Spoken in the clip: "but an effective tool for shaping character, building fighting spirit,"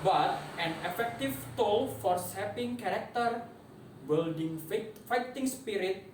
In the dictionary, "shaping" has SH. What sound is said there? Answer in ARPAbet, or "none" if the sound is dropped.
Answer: S